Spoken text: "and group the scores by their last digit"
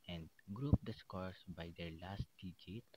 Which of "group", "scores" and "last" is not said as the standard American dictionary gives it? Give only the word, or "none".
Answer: scores